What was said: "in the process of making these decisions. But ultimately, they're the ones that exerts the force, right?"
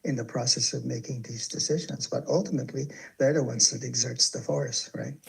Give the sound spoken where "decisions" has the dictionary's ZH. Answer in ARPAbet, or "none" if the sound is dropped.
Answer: ZH